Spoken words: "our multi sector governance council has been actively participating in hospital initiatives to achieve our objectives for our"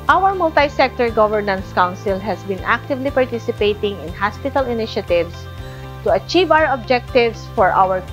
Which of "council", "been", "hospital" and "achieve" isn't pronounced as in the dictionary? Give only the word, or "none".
none